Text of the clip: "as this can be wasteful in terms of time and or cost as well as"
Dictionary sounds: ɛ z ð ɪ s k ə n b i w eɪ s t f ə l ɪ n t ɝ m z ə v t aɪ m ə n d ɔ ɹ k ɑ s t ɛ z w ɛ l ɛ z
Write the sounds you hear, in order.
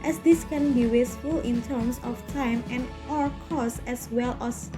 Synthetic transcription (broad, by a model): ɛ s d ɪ s k ə n b i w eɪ s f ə l ɪ n t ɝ m s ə f t aɪ m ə n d ɔ ɹ k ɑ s ɛ s w ɛ l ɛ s